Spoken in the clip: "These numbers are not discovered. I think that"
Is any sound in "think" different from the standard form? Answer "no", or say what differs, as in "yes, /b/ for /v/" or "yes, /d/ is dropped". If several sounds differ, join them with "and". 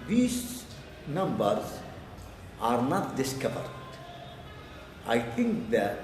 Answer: yes, /t/ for /θ/